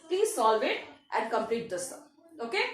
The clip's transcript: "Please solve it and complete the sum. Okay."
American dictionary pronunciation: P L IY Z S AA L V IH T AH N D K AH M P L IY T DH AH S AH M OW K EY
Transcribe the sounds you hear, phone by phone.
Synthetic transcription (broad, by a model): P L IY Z S AA L V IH T AH N D K AH M P L IY T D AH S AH OW K EY